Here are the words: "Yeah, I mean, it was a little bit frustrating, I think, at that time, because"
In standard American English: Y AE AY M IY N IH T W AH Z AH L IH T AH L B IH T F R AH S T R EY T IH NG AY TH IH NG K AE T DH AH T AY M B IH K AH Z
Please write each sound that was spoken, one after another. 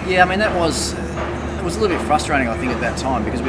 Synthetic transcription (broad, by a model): Y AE AY M IY N IH T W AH Z AH L IH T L B IH T F R AH S T R EY T IH NG AY TH IH NG K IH T DH AH T AY M B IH K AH Z